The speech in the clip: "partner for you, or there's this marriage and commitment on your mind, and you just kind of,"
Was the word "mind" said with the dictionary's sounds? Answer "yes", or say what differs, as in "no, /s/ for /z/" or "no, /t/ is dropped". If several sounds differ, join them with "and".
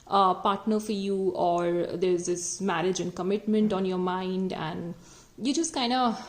yes